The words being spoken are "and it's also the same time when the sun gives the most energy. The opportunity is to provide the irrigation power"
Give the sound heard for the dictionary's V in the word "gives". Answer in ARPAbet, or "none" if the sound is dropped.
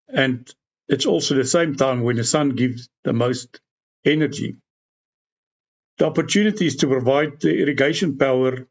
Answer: V